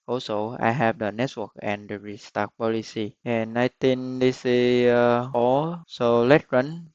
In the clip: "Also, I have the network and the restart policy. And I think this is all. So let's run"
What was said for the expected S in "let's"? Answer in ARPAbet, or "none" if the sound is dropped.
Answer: none